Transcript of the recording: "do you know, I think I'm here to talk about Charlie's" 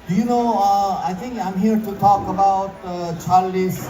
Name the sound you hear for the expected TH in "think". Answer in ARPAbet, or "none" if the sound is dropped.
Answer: T